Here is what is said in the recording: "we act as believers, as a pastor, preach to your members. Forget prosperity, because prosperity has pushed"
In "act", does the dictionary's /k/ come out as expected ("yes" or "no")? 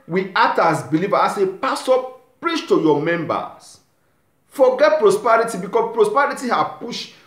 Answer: no